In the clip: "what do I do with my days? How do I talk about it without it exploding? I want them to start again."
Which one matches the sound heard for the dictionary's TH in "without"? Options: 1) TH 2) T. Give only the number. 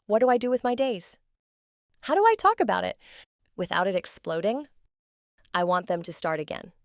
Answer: 1